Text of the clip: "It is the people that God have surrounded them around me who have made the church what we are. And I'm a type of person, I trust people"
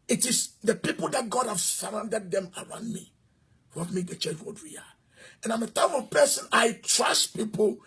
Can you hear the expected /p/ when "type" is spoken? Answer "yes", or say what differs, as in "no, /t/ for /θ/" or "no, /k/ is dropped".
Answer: no, /f/ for /p/